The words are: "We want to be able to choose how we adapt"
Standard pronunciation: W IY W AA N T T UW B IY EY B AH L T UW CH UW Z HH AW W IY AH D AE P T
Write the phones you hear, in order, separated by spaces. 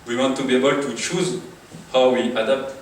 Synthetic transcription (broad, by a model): W IY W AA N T T UW B IY EY B AH L T UW CH UW Z HH AW W IY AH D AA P T